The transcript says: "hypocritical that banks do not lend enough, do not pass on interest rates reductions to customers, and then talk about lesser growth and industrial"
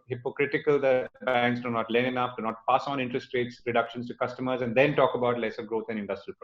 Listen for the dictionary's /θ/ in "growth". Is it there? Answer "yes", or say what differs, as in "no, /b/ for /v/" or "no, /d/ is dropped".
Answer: no, /t/ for /θ/